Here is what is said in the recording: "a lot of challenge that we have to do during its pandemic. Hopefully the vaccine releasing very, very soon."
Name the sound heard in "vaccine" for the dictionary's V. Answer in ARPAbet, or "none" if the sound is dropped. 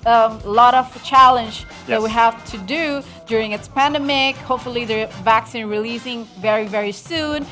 V